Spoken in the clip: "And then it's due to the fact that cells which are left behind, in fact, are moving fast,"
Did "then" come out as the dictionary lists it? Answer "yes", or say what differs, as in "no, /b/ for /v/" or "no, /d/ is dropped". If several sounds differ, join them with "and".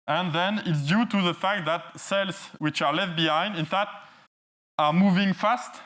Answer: yes